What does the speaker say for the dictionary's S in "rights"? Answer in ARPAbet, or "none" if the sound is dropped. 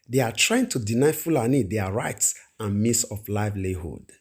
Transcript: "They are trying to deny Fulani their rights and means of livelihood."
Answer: S